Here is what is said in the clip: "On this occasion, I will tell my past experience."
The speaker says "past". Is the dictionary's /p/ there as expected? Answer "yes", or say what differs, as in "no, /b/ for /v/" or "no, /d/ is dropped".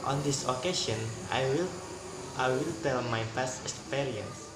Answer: no, /f/ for /p/